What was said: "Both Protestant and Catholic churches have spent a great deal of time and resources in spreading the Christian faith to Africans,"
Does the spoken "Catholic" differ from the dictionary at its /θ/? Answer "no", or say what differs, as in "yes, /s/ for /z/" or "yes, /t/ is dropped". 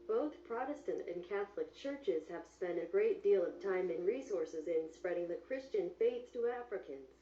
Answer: no